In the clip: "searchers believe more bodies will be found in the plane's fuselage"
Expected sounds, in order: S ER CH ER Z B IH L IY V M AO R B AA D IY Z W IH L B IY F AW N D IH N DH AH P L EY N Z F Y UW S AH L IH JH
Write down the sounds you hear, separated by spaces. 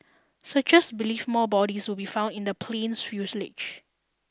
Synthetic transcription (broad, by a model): S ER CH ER S B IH L IY F M AO B AA D IY S W IH L B IY F AW N D IH N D AH P L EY N S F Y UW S L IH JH